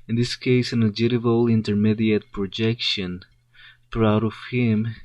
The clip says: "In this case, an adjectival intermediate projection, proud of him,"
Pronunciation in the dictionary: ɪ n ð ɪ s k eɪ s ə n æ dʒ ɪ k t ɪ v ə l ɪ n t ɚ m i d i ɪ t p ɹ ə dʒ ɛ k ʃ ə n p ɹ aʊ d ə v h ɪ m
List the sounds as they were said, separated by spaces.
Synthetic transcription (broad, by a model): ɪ n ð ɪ s k eɪ s ə n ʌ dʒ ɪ t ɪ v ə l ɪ n t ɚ m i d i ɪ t p ɹ ə dʒ ɛ k ʃ ə n p ɹ aʊ d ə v h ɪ m